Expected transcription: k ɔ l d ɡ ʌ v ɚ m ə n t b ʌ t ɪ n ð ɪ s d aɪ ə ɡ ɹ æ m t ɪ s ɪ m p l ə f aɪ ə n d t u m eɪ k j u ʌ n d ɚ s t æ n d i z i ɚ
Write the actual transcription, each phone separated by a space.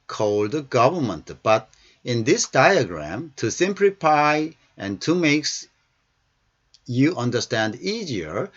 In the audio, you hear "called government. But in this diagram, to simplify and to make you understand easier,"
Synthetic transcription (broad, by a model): k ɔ l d ɡ ʌ v ɚ m ə n t b ʌ t ɪ n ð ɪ s d aɪ ə ɡ ɹ æ m t ɪ s ɪ m p l ə f aɪ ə n t u m eɪ k j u ʌ n d ɚ s t æ n d i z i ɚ